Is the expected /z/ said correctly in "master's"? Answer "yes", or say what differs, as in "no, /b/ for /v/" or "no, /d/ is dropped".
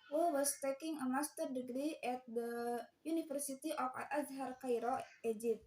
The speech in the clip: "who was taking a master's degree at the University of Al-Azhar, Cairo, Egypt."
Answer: no, /z/ is dropped